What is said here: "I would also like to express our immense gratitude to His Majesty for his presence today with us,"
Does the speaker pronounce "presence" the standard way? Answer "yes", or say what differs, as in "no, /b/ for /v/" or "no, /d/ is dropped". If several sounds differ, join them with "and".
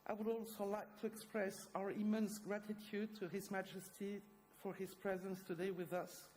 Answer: yes